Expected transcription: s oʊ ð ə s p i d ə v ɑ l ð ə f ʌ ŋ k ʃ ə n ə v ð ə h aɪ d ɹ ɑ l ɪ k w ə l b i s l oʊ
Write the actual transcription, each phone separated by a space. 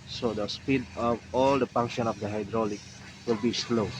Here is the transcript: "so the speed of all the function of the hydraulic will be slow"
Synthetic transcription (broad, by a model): s oʊ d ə s p i d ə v ɑ l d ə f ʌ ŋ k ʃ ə n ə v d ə h aɪ d ɹ ɑ l ɪ k w ə l b i s l oʊ